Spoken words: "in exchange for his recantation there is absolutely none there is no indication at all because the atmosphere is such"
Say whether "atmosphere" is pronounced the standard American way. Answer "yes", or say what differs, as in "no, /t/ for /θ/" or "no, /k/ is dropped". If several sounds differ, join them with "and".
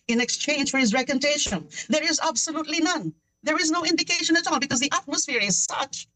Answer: yes